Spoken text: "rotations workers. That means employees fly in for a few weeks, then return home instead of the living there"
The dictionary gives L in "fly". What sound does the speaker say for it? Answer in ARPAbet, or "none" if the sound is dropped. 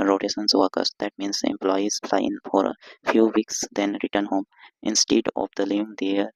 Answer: none